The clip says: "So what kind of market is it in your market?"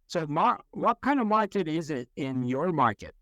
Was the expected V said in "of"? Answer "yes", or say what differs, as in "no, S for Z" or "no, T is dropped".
yes